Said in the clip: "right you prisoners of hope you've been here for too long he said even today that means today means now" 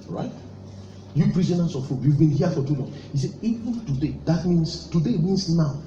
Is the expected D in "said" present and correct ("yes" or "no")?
no